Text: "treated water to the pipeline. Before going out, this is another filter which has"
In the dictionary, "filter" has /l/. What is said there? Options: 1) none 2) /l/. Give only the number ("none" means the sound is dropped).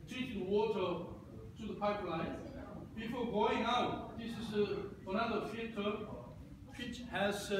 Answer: 1